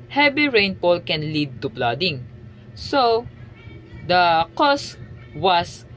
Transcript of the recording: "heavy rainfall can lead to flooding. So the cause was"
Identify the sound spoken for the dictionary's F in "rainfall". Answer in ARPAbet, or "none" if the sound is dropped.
P